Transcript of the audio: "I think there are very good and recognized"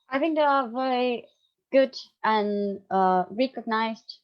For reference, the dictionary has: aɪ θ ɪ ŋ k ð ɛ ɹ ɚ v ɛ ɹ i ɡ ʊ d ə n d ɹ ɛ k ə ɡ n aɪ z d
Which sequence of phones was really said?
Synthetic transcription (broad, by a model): aɪ θ ɪ ŋ k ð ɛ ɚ v ɛ ɹ i ɡ ʊ d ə n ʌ ɹ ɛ k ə ɡ n aɪ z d